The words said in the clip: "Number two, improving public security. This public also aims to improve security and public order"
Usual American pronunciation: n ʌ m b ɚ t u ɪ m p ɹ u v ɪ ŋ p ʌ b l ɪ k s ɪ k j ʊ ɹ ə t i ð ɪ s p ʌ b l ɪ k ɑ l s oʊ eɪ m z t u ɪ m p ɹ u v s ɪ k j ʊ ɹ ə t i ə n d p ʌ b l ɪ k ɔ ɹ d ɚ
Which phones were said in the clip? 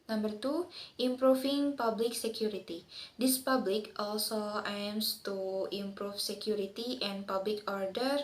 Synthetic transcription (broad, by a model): n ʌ m b ɚ t u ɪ m p ɹ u f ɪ ŋ p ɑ b l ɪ k s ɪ k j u ɹ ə t i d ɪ s p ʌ b l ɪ k ɑ l s oʊ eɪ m s t u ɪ m p ɹ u f s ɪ k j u ɹ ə t i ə n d p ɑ b l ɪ k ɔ ɹ d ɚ